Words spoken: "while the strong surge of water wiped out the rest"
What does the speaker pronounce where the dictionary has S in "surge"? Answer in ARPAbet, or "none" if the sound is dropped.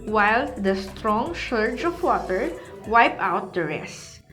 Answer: SH